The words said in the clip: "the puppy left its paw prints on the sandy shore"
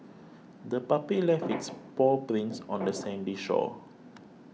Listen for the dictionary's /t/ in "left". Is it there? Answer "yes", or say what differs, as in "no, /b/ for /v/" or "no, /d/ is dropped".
no, /t/ is dropped